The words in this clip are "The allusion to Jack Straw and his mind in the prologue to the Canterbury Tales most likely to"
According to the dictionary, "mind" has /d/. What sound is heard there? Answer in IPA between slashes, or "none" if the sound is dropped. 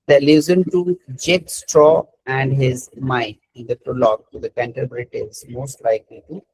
none